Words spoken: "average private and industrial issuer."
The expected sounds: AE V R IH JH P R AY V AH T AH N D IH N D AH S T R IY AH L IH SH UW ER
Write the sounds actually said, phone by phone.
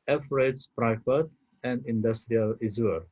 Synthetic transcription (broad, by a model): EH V R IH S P R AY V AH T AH N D IH N D AH S T R IY AH L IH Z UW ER